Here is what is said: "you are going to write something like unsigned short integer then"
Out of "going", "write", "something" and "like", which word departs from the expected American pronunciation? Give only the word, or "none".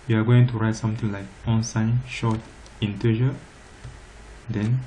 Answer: something